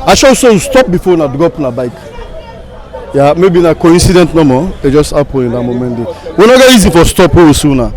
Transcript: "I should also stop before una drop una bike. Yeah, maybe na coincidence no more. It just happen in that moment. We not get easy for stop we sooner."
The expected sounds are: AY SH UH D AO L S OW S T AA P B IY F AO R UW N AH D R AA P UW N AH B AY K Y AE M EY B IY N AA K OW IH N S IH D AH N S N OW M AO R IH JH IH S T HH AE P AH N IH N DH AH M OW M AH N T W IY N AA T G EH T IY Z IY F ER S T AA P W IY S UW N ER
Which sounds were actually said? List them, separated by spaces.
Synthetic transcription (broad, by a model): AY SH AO S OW S T AA P B IY F AO N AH D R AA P N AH B AY K Y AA M EY B IY N AA K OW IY N S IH D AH N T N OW M AO IH JH IH S T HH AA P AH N IH N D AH M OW M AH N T W IY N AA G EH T IY Z IY F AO S T AA P W IY S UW N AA